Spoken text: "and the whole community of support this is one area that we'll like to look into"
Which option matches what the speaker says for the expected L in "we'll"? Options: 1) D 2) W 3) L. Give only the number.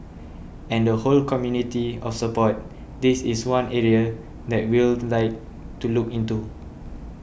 3